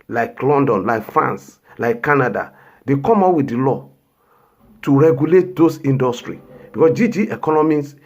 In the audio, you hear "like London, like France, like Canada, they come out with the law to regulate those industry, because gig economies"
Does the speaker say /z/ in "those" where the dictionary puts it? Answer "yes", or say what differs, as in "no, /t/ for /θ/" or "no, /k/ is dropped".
no, /s/ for /z/